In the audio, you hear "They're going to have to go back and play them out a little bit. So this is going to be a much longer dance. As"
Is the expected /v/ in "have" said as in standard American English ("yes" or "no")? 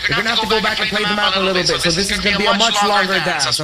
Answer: no